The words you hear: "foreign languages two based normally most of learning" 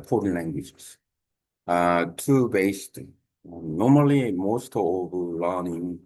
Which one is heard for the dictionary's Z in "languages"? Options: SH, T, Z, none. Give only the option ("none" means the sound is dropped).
none